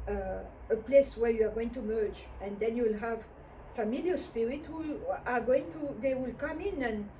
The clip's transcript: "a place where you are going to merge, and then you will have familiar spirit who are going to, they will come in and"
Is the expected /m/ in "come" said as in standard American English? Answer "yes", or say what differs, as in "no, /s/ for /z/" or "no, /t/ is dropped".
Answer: yes